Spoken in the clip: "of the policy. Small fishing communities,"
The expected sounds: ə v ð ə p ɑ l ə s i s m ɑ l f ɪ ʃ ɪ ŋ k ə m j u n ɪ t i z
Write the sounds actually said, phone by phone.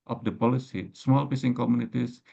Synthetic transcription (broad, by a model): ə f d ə p ɑ l ə s i s m ɑ l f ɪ s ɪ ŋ k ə m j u n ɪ t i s